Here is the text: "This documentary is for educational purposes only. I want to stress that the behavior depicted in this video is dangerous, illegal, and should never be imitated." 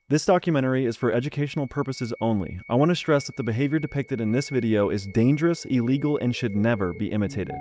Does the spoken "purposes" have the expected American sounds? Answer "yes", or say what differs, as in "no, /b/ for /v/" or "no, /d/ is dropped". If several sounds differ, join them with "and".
yes